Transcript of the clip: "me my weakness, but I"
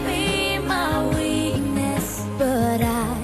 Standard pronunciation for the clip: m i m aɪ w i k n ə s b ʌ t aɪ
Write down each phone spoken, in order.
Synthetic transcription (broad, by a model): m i m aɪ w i n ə s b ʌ t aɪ